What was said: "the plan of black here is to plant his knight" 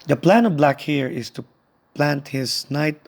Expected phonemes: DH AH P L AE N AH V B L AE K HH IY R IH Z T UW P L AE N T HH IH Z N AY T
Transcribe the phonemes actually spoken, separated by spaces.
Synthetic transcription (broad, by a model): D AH P L AE N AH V B L AE K HH IY R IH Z T UW P L AE N T HH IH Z N AY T